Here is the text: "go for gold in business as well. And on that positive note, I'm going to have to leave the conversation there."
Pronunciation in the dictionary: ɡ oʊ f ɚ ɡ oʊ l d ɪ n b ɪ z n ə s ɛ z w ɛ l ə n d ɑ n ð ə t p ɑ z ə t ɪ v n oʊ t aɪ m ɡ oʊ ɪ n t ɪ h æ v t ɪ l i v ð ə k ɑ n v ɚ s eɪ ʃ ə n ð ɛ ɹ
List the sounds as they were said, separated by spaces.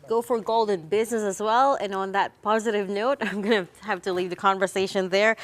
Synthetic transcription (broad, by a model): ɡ oʊ f ɚ ɡ oʊ l d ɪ n b ɪ z n ə s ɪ z w ɛ l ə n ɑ n ð ə t p ɑ z ə t ɪ v n oʊ t aɪ m ɡ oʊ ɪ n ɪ h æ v t ɪ l i v ð ə k ɑ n v ɚ s eɪ ʃ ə n ð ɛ ɹ